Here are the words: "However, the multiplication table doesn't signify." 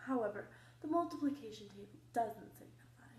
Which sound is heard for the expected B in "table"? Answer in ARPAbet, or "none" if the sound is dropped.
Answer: none